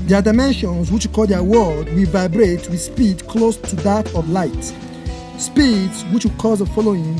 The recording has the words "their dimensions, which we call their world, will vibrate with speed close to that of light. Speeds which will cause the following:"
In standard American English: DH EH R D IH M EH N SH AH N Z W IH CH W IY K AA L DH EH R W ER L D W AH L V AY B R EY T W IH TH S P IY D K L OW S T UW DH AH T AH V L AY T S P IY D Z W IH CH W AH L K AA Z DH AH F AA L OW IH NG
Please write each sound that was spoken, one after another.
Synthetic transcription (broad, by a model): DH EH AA D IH M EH N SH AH N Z W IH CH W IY K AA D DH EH W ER D W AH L V AY B R EY T W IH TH S P IY D K L OW S T UW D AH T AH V L AY T S P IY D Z W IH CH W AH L K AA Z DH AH F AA L OW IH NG